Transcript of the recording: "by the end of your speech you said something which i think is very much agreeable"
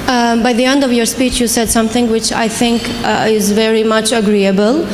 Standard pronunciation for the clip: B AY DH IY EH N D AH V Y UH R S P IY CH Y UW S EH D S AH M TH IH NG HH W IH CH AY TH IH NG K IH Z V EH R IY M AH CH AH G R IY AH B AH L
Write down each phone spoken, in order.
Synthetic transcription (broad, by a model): B AY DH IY EH N D AH V Y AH R S P IY CH Y UW S EH D S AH M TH IH NG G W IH CH AY TH IH NG K IH Z V EH R IY M AH CH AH G R IY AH B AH L